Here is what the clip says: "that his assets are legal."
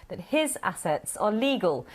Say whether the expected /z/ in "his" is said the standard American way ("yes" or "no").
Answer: yes